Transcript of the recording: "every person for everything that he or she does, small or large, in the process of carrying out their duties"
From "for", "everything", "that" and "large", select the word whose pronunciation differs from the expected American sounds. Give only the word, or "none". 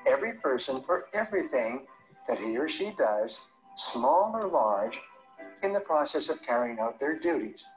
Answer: none